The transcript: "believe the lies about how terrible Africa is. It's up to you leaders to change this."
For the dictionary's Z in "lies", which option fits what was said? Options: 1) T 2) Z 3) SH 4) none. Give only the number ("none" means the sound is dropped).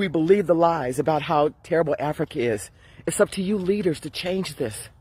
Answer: 2